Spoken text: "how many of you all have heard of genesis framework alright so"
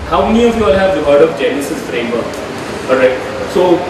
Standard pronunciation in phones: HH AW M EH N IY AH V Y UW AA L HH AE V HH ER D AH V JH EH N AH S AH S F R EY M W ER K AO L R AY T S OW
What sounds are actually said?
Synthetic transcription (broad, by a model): HH AW M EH N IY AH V Y UW AA L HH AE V HH ER D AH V JH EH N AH S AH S F R EY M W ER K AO R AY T S OW